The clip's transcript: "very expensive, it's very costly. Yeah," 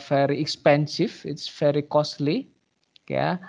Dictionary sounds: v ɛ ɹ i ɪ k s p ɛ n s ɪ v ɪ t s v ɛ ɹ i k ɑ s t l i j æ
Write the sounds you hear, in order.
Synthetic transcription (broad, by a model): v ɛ ɹ i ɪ k s p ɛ n s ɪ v ɪ t s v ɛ ɹ i k ɑ s t l i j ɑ